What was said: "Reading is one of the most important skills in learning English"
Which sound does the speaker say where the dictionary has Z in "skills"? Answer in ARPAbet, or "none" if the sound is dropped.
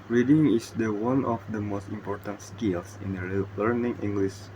S